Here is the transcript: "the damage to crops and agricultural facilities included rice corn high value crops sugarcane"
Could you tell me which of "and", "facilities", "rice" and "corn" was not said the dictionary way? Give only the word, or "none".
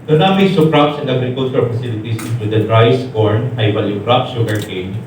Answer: facilities